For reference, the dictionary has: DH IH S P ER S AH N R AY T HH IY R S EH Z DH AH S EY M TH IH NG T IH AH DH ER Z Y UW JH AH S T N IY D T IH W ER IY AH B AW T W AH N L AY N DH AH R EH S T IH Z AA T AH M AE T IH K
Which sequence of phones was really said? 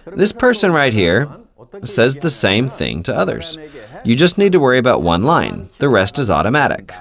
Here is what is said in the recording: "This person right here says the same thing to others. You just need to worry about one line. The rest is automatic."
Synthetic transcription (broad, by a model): DH IH S P ER S AH N R AY T HH IY R S EH Z DH AH S EY M TH IH NG T IH AH DH ER Z Y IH JH AH S T N IY D T IH W ER IY AH B AW T W AH N L AY N DH AH R EH S T IH Z AA T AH M AE T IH K